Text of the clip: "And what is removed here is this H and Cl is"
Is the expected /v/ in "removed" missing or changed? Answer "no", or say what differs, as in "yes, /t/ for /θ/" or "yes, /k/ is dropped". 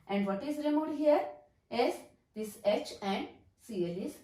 yes, /v/ is dropped